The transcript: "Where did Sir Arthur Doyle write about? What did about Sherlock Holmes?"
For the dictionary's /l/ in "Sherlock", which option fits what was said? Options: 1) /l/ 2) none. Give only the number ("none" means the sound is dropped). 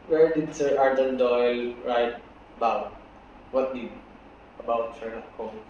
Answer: 2